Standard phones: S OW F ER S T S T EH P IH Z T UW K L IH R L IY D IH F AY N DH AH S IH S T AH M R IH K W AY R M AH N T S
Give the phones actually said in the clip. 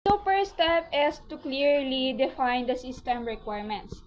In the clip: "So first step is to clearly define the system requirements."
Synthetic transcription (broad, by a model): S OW P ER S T S T EH P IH S T UW K L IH R L IY D IH F AY N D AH S IH S T AH M R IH K W AY R M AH N T S